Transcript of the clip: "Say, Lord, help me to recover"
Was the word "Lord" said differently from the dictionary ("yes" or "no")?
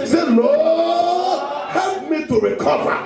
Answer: yes